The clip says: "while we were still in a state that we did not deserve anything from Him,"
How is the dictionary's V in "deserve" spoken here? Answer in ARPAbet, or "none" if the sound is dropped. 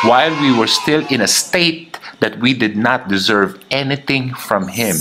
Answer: V